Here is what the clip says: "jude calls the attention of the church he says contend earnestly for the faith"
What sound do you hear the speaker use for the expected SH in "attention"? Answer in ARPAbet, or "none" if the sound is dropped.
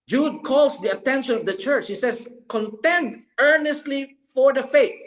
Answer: SH